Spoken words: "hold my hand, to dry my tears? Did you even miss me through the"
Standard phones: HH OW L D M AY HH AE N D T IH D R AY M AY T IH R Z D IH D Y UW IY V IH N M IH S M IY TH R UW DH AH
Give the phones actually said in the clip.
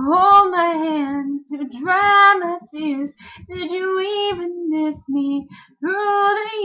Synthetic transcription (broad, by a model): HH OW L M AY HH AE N T IH D R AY M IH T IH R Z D IH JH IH IY V IH N M IH S M IY TH R UW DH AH